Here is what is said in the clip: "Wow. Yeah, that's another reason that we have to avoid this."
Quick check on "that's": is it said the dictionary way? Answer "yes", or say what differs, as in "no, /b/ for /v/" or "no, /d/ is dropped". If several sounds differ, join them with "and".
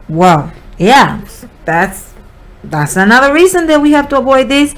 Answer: yes